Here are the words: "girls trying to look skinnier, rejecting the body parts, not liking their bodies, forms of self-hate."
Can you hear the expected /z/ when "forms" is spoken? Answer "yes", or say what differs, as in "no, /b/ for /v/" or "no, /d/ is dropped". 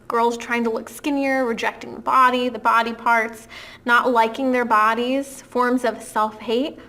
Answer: yes